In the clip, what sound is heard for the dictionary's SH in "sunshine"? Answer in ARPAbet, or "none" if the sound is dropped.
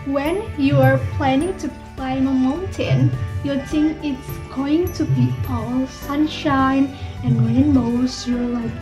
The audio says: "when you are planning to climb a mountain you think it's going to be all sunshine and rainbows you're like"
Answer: SH